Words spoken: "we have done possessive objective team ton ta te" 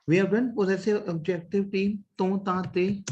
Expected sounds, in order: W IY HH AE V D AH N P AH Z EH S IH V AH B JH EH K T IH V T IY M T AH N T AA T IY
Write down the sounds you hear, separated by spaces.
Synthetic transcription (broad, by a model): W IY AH B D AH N P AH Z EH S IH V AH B JH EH K T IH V T IY M T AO T AA T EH